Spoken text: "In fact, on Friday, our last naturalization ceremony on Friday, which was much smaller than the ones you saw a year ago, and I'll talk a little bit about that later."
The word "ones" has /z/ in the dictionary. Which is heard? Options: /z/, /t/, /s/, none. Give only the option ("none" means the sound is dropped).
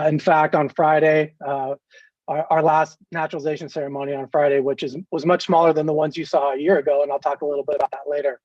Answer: /z/